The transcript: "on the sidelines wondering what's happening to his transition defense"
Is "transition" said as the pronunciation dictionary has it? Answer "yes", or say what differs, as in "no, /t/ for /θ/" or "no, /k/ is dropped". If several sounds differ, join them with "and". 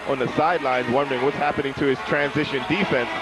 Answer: yes